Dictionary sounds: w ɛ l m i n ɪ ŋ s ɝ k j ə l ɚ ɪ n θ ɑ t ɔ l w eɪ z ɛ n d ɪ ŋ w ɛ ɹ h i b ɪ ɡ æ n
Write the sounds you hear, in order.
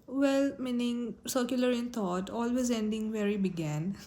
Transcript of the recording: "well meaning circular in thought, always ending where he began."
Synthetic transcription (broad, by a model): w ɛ l m i n ɪ ŋ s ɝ k j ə l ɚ ɪ n t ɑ t ɔ l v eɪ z ɛ n d ɪ ŋ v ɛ ɹ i b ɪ ɡ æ n